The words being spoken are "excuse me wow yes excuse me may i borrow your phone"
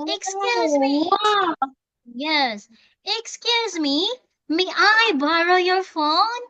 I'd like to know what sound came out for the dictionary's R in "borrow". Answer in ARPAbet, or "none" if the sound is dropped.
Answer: R